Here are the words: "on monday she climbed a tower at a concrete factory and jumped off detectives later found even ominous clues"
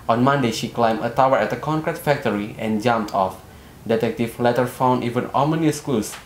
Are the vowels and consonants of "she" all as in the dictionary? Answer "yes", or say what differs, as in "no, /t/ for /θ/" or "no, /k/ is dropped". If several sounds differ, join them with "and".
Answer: yes